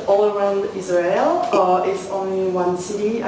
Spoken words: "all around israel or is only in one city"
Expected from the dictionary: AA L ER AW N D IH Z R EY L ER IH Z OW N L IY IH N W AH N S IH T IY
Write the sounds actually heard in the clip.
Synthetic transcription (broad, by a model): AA L ER AW N D IH Z R EY L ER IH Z OW N L IY W AH N S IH T IY